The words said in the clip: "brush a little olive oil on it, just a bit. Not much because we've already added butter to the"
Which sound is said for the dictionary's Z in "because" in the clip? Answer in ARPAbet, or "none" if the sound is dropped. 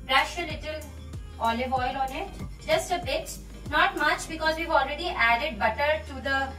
Z